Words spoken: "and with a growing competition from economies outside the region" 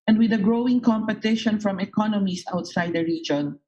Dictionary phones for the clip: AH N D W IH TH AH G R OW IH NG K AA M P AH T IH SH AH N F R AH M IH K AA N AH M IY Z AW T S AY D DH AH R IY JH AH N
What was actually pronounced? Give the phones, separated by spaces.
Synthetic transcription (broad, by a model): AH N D W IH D AH G R OW IH NG K AA M P AH T IH SH AH N F R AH M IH K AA N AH M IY S AW T S AY D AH R IY JH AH N